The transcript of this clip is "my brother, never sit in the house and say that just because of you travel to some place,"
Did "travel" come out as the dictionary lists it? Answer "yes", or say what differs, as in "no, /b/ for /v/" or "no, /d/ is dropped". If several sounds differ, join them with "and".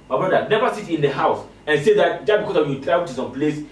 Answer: no, /v/ is dropped and /w/ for /l/